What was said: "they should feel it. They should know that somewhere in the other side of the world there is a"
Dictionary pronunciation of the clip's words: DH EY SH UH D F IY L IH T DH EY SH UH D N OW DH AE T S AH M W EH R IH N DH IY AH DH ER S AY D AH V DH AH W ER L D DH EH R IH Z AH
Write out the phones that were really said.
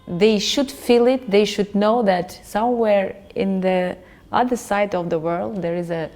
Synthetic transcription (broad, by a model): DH EY SH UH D F IY L IH T DH EY SH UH D N OW DH AE T S AH M W EH R IH N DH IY AH DH ER S AY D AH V DH AH W ER L D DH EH R IH Z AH